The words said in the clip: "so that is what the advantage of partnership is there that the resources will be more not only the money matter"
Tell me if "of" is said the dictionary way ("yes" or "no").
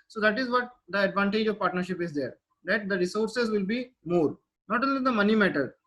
yes